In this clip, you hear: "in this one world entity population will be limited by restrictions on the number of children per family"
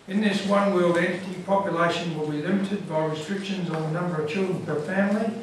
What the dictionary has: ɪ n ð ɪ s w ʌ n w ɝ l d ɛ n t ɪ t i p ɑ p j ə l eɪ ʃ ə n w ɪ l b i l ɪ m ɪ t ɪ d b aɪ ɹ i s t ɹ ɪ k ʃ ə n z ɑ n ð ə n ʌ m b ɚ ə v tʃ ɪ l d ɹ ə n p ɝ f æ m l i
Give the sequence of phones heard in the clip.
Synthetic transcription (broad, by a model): ɪ n ð ɪ s w ʌ n w ɝ l d ɛ n t ɪ t i p ɑ p j ə l eɪ ʃ ə n w ɪ l b i l ɪ m ɪ t ɪ d b aɪ ɹ i s t ɹ ɪ k ʃ ə n z n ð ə n ʌ m b ɚ ə v tʃ ɪ l d ɹ ə n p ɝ f æ m l i